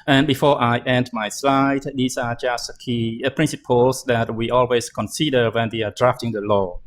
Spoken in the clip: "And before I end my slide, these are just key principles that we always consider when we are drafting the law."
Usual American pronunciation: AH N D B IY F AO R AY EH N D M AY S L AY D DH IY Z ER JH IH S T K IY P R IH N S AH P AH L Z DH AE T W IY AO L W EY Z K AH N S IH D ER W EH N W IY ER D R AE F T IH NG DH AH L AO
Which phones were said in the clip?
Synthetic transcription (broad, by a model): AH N B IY F AO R AY EH N D M AY S L AY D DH IY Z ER JH IH S T K IY P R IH N S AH P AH L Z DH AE T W IY AO L W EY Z K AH N S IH D ER W EH N W IY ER D R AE F T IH NG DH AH L AO